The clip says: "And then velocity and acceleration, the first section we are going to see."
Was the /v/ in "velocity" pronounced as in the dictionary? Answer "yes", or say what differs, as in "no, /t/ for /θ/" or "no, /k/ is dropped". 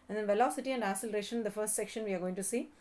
yes